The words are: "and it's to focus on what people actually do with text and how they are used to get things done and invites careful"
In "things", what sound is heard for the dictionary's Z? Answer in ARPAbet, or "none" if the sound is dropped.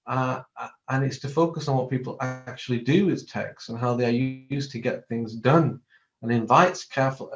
Z